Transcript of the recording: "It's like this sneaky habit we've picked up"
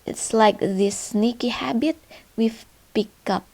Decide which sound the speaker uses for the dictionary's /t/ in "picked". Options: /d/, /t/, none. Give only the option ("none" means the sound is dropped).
none